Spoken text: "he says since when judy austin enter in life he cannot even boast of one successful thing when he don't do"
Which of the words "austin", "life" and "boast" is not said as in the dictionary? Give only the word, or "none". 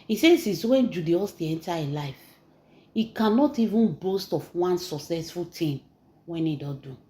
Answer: austin